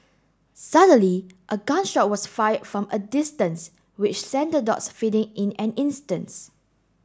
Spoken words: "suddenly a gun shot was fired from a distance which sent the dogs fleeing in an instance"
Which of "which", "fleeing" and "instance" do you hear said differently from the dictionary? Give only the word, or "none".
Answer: fleeing